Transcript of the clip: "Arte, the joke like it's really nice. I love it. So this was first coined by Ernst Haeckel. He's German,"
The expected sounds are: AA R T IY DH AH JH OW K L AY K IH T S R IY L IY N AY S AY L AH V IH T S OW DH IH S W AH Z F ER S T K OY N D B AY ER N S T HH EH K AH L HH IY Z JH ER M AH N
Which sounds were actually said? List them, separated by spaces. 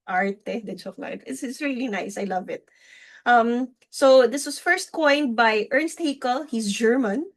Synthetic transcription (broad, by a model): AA R T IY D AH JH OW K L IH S IH T S R IY L IY N AY S AY L AH V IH T S OW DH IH S W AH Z F ER S T K OY N D B AY ER N S T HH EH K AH L HH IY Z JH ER M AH N